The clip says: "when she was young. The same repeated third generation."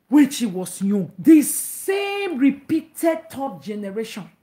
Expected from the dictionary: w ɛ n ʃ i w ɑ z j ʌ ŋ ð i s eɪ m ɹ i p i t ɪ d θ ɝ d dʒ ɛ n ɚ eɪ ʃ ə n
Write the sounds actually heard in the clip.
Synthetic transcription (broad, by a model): w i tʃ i w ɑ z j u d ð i s eɪ m ɹ i p i t ɪ d t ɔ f dʒ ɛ n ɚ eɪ ʃ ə n